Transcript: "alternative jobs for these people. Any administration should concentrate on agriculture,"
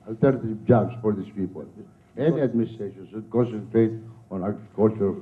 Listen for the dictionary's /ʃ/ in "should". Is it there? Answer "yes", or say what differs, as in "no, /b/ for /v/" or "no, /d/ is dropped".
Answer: no, /s/ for /ʃ/